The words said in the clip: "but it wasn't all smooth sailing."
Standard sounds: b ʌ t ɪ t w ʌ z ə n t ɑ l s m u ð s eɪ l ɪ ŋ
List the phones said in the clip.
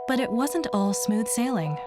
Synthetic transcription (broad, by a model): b ʌ t ɪ t w ʌ z ə n t ɑ l s m u ð s eɪ l ɪ ŋ